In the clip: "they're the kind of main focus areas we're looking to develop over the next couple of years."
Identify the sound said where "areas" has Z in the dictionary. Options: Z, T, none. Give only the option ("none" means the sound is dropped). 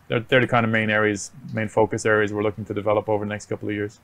Z